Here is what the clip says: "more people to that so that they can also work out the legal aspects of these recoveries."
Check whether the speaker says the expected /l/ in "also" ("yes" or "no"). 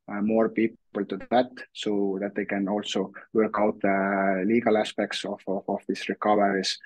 yes